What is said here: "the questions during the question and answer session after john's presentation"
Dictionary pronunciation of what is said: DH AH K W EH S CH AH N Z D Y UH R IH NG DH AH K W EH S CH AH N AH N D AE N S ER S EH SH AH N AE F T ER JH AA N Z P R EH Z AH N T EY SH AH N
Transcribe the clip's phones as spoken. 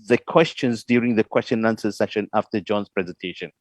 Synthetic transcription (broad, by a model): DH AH K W EH S CH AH N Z D Y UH R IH NG DH AH K W EH S CH AH N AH N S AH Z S S EH SH AH N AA F T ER JH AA N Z P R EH Z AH N T EY SH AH N